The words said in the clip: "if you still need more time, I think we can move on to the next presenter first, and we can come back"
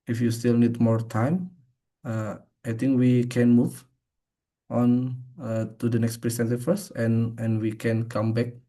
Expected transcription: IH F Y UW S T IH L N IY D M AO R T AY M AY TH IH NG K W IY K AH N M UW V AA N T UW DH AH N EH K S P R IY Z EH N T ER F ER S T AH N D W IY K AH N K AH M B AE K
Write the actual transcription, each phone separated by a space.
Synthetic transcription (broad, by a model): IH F Y UW S T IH L N IY D M AO R T AY M AY T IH NG K W IY K AH N M UW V AA N T UW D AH N EH K S P R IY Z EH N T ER F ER S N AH N W IY K AH N K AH M B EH K